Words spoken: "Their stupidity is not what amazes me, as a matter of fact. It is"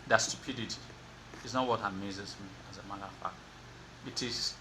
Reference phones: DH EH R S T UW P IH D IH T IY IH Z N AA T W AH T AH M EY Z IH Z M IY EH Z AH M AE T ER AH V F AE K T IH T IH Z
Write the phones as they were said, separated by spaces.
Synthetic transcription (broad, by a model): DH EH S T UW P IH D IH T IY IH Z N AA T W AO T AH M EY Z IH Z M IY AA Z AH M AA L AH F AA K IH T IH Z